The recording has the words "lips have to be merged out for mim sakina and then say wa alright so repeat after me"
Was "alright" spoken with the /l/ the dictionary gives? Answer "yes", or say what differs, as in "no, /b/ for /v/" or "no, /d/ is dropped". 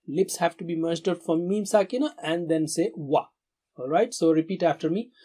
yes